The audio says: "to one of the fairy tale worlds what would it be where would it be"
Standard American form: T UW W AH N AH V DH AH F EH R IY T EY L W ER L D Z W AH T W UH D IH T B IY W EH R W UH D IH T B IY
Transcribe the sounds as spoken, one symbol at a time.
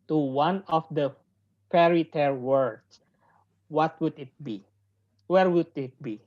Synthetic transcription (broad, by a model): T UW W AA N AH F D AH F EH R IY T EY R W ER D S W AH T W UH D IH T B IY W EH R W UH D IH T B IY